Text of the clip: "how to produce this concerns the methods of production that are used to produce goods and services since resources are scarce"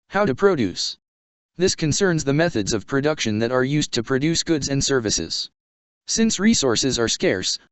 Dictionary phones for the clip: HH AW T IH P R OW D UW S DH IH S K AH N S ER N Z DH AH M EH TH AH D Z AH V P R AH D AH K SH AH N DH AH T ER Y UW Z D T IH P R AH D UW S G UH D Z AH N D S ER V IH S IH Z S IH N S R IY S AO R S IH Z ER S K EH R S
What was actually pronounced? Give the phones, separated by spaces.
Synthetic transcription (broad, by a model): HH AW T IH P R OW D UW S DH IH S K AH N S ER N Z DH AH M EH TH AH D Z AH V P R AH D AH K SH AH N DH AH T ER Y UW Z T IH P R AH D UW S G UH D Z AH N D S ER V IH S IH Z S IH N S R IY S AO R S IH Z ER S K EH R S